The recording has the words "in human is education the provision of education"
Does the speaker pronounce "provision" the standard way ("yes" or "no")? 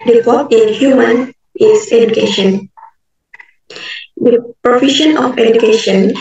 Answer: no